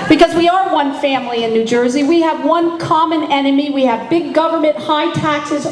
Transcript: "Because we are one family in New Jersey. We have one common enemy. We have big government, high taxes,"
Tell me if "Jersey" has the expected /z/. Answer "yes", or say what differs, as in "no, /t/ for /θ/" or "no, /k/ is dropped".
yes